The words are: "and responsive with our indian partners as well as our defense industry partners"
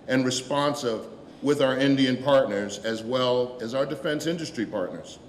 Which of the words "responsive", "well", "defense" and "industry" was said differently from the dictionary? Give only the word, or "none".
none